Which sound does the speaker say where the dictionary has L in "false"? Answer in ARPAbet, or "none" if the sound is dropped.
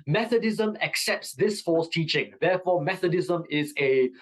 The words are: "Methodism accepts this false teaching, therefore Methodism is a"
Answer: none